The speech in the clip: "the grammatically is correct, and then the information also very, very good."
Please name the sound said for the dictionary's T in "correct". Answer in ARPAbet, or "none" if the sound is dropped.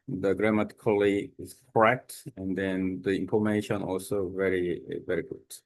T